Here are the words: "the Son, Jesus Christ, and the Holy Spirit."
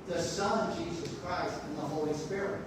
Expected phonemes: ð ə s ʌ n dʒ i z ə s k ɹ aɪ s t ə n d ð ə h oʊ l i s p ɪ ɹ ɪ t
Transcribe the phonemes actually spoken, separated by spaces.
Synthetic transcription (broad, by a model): ð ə s ʌ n dʒ i z ə s k ɹ aɪ s t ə n ð ə h oʊ l i s p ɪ ɹ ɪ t